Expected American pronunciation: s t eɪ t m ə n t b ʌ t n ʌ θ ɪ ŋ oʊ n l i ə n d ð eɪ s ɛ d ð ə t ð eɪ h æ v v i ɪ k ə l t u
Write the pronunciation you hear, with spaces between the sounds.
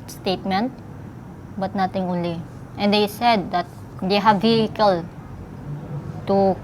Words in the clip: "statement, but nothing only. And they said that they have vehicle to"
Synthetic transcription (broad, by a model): s t eɪ t m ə n t b ʌ t n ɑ t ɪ ŋ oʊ n l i ə n d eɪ s ɛ d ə t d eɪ h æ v v i ɪ k ə l t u